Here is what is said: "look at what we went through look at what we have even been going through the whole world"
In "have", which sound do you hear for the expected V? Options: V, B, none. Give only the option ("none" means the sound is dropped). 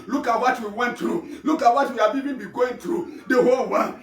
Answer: B